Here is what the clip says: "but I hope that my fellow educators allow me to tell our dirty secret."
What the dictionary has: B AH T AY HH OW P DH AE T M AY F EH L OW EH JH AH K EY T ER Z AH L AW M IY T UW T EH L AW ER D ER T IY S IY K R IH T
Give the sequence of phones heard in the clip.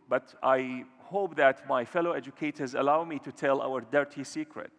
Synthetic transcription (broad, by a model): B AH T AY HH OW P DH AE T M AY F EH L OW EH JH AH K EY T ER Z AH L AW M IY T UW T EH L AW ER D ER T IY S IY K R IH T